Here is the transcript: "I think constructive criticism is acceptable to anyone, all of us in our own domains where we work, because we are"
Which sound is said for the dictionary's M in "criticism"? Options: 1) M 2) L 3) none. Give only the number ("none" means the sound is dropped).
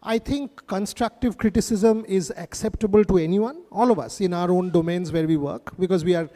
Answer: 1